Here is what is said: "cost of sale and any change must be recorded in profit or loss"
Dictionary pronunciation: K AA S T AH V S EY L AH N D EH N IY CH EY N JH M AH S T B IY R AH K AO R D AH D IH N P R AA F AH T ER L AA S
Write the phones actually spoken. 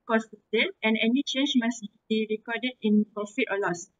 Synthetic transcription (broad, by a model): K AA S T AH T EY N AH N EH N IY CH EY N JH M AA S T B IY R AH K AO D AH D IH N P R AA F AH T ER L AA S